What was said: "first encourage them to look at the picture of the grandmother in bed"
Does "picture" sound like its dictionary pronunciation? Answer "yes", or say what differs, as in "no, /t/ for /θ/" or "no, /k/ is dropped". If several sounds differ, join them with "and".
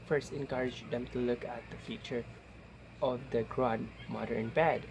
no, /f/ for /p/ and /k/ is dropped